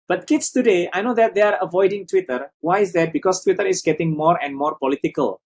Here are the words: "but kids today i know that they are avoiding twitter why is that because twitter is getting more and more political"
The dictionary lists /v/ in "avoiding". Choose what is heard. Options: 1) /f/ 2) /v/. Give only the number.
2